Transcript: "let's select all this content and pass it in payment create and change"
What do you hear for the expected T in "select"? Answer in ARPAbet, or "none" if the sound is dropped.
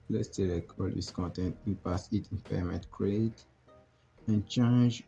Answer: none